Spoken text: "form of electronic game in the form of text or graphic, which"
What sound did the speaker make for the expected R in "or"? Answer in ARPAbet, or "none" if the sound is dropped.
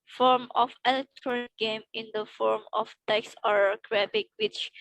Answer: R